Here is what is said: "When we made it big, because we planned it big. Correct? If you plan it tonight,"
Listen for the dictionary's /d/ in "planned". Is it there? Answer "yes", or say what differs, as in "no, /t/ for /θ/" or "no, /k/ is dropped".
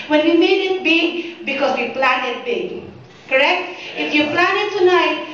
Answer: no, /d/ is dropped